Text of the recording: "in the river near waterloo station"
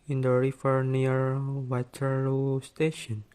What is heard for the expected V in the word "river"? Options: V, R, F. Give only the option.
F